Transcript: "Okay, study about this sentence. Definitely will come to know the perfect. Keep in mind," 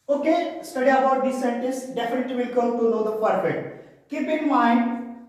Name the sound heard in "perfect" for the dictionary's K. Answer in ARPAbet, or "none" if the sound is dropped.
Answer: none